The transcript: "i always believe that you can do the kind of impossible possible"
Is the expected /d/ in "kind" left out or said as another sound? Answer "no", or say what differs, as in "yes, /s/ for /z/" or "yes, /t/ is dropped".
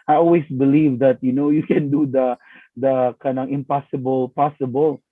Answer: yes, /d/ is dropped